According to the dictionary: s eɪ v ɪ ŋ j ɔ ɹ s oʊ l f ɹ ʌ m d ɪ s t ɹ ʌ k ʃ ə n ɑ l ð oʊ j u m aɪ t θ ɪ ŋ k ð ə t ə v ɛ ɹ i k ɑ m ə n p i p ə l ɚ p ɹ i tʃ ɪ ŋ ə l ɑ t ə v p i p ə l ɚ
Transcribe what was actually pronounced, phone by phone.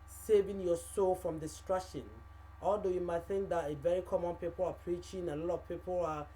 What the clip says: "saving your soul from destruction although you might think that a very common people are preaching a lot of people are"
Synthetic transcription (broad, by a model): s eɪ v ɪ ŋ j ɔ s oʊ l f ɹ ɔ m d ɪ s t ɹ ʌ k ʃ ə n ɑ l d oʊ j u m aɪ t θ ɪ ŋ k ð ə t ə v ɛ ɹ i k ɑ m ə n p i p ə l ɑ p ɹ i tʃ ɪ ŋ ə l ɑ t ə v p i p ə l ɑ